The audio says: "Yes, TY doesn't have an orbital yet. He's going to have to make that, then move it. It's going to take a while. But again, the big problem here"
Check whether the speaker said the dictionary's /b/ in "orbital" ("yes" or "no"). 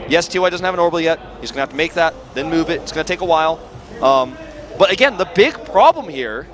no